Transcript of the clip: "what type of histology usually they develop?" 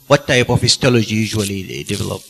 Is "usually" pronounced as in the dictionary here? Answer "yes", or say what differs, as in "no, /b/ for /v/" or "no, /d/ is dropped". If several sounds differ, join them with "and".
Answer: no, /l/ is dropped